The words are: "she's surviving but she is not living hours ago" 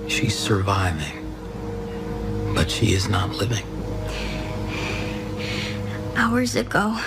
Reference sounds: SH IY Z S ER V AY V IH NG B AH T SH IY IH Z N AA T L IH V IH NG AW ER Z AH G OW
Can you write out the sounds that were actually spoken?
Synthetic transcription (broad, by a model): SH IY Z S ER V AY V IH NG B AH T SH IY IH Z N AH T L IH V IH NG AW ER Z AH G OW